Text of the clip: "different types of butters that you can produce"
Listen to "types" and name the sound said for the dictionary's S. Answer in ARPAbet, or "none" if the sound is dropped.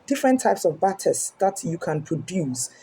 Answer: S